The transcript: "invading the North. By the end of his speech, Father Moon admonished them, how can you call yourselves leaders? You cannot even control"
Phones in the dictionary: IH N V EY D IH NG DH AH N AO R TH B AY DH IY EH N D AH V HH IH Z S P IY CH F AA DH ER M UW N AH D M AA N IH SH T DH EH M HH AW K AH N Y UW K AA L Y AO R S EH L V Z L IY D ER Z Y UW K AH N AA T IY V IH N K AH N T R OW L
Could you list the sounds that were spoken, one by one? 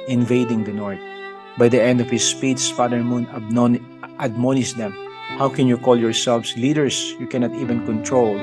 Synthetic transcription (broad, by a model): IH N V EY D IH NG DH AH N AO R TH B AY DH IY EH N D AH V HH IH S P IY S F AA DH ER M UW N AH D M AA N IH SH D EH M HH AW K AH N Y UW K AA L Y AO R S EH L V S L IY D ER S Y UW K AH N AA T IY V IH N K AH N T R OW L